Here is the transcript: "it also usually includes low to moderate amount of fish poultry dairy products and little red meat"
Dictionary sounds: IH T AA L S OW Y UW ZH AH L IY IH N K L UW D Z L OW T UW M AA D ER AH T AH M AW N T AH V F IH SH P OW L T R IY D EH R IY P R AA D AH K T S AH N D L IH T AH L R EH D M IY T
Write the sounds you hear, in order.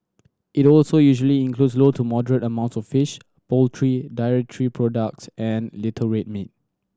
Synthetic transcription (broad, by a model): IH T AA L S OW Y UW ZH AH L IY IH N K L UW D S L OW T UW M AA D ER AH T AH M AW N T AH F IH SH P OW L T R IY D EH R IY P R AA D AH K T S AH N L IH T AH R EH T M IY T